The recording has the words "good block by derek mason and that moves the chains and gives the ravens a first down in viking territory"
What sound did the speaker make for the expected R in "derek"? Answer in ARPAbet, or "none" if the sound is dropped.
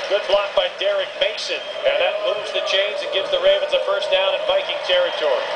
R